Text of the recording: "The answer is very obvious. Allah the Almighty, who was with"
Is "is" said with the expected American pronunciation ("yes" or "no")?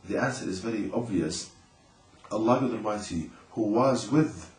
yes